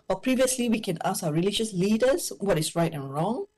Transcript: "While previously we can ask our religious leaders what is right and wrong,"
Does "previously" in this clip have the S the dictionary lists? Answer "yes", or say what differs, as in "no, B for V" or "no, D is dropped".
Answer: yes